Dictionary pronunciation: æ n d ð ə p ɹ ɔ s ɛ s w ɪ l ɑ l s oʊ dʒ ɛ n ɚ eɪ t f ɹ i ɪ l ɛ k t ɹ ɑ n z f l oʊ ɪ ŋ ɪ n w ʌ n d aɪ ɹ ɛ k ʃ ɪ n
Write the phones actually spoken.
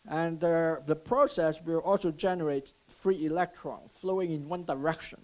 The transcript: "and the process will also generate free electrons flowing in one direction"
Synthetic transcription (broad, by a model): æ n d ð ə p ɹ ɔ s ɛ s w ɪ l ɑ l s oʊ dʒ ɛ n ɚ eɪ t f ɹ i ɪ l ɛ k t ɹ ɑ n f l oʊ ɪ ŋ ɪ n w ʌ n d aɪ ɹ ɛ k ʃ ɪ n